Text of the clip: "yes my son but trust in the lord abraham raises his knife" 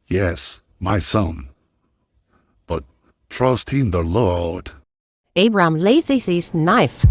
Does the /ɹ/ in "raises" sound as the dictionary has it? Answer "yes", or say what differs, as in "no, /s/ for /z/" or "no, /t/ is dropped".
no, /l/ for /ɹ/